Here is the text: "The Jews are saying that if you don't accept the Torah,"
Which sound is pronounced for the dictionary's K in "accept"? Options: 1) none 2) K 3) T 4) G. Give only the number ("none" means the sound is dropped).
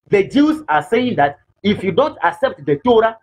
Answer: 2